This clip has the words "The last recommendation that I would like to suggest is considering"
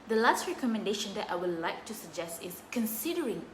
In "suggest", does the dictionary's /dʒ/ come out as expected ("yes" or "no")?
yes